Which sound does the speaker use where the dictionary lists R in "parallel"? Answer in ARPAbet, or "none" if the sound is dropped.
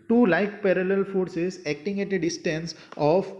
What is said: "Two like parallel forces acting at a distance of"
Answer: R